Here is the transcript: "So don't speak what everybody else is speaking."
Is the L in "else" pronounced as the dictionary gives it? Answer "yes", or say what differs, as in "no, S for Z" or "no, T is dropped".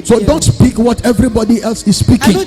yes